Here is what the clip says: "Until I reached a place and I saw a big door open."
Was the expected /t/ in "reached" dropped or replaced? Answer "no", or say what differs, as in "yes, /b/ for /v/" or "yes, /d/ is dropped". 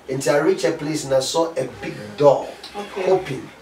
yes, /t/ is dropped